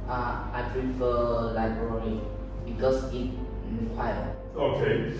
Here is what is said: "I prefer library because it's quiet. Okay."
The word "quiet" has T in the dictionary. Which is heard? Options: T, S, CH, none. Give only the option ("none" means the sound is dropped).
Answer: none